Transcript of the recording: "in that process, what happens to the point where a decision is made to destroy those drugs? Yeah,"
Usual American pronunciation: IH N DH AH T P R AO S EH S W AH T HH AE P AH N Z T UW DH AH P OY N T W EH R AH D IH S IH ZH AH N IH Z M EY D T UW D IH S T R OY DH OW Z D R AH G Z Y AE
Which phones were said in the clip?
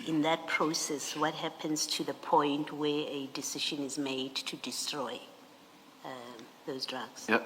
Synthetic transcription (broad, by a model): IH N DH AH T P R AO S EH S W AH T HH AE P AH N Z T UW DH AH P OY N T W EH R AH D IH S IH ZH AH N IH Z M EY D T UW D IH S T R OY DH OW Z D R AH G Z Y